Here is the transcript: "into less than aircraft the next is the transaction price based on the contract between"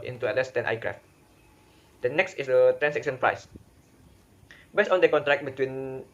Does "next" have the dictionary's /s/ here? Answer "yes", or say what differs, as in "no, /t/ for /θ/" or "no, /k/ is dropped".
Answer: yes